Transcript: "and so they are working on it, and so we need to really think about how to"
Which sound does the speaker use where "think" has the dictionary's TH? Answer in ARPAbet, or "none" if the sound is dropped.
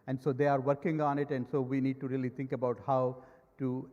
T